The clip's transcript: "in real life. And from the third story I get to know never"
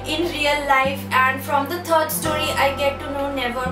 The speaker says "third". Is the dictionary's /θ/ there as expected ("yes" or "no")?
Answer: no